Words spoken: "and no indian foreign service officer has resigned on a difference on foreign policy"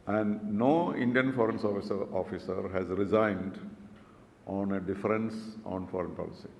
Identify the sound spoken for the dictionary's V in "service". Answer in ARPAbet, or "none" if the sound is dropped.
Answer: F